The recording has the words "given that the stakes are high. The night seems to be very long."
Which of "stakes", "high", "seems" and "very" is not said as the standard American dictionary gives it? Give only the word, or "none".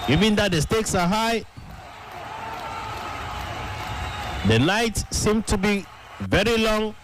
seems